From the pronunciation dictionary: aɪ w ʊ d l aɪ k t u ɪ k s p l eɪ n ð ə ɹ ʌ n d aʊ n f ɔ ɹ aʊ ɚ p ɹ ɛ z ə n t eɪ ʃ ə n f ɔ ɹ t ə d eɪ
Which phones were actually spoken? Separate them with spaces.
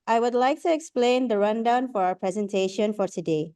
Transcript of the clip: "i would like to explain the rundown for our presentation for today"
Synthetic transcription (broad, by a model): aɪ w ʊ d l aɪ k t u ɪ k s p l eɪ n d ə ɹ ʌ n d aʊ n f ɔ ɹ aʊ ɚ p ɹ ɛ z ə n t eɪ ʃ ə n f ɔ ɹ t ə d eɪ